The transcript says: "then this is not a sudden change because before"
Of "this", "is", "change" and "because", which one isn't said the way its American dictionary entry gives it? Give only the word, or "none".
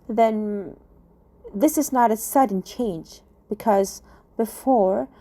none